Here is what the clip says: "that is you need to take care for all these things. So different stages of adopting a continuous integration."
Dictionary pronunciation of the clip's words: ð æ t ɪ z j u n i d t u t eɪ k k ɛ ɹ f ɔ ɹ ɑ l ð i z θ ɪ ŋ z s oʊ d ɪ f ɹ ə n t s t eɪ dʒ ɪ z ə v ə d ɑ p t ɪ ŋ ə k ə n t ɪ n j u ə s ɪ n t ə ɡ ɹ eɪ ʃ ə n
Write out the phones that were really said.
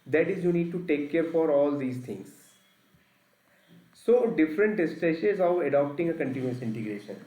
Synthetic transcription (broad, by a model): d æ t ɪ z j u n i d t u t eɪ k k ɛ ɹ f ɔ ɹ ɑ l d i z t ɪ ŋ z s oʊ d ɪ f ɹ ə n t s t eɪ ʃ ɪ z ə v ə d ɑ p t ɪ ŋ ə k ə n t ɪ n j u ə s ɪ n t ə ɡ ɹ eɪ ʃ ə n